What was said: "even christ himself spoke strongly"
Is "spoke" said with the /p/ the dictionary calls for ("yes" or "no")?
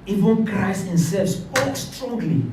no